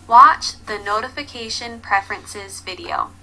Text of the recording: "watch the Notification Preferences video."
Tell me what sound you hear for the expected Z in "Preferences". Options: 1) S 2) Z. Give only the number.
2